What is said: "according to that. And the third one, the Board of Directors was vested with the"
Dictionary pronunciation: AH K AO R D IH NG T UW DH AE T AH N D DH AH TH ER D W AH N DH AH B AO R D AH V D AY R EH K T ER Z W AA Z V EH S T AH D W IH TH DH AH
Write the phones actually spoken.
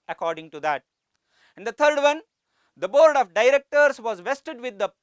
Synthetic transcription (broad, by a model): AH K AO R D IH NG T UW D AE T AH N D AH T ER D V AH N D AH B AO R D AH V D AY R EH K T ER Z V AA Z V EH S T AH D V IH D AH